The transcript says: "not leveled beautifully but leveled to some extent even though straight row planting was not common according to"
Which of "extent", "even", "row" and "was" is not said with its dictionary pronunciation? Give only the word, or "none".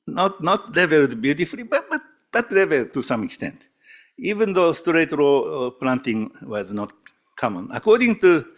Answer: none